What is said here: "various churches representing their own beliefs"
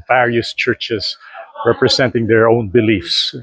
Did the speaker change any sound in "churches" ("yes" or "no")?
yes